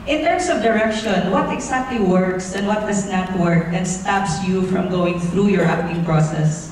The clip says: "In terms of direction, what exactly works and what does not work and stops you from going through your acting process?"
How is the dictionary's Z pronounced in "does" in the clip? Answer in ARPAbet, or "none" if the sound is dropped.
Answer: S